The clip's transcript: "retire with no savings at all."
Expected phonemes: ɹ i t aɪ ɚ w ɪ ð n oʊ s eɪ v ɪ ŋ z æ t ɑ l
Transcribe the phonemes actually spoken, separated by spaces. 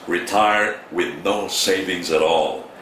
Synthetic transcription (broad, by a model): ɹ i t aɪ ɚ w ɪ ð n oʊ s eɪ v ɪ ŋ z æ t ɑ l